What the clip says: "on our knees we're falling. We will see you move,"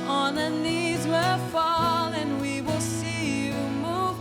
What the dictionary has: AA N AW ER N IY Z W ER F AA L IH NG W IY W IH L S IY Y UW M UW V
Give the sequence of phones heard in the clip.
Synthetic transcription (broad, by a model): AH N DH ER N IY Z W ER F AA L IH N W IY W IH L S IY Y UW M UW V